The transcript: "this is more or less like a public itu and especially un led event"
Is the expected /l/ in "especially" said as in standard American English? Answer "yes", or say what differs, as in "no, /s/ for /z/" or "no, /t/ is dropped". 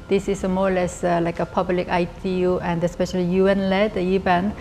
yes